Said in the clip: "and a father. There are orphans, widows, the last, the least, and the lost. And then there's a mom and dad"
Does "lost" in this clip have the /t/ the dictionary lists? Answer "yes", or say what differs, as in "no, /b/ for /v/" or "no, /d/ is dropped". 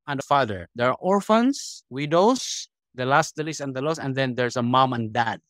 no, /t/ is dropped